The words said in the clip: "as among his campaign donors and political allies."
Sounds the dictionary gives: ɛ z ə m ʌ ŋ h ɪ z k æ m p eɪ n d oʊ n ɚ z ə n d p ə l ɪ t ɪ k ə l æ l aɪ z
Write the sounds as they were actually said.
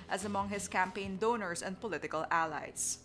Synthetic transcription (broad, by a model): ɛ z ə m ʌ ŋ h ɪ s k æ m p eɪ n d oʊ n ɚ s ə n d p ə l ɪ t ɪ k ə l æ l aɪ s